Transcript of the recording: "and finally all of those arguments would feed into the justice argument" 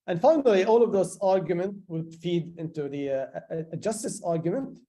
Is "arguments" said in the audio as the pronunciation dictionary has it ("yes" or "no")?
no